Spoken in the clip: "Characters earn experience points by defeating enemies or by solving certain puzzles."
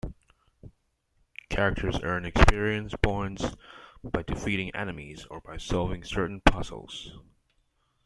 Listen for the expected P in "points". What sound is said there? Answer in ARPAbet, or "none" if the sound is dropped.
B